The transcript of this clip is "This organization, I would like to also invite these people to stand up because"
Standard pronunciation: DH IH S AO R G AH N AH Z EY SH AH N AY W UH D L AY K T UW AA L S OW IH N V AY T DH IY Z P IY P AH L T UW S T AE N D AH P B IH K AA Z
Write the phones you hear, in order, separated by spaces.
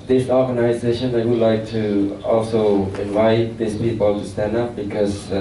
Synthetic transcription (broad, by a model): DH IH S AO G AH N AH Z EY SH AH N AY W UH D L AY K T UW AA L S OW IH N V AY T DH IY S P IY P AH L T UW S T AE N D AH P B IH K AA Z